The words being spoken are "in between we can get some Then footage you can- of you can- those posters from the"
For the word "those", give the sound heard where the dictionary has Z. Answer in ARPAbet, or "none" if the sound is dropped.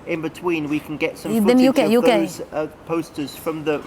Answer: none